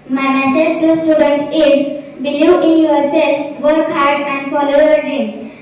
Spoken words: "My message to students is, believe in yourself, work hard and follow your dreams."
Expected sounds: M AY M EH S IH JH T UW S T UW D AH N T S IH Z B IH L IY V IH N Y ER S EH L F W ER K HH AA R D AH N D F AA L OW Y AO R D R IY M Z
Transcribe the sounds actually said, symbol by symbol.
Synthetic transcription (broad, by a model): M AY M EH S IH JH T UW S T UW D AH N T S IH Z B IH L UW IH N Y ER S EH L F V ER K HH AA R D AH N D F AA L OW Y AO R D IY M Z